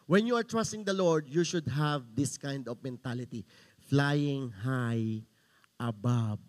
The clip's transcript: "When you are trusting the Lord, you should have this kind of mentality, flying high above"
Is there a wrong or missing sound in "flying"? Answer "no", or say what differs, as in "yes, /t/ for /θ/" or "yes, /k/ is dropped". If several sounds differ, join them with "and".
no